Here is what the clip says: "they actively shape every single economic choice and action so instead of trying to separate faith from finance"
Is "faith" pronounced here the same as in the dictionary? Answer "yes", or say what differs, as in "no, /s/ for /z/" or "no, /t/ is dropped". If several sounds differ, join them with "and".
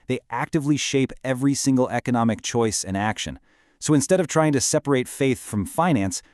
yes